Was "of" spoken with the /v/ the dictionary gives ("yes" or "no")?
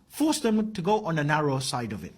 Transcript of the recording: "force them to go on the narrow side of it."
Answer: yes